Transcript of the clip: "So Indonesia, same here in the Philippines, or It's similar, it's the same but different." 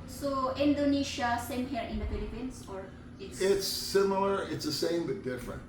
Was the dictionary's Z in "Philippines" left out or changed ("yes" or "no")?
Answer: yes